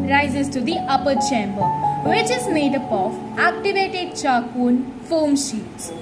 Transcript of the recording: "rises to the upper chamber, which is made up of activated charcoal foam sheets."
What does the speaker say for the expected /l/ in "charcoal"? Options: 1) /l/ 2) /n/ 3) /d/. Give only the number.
2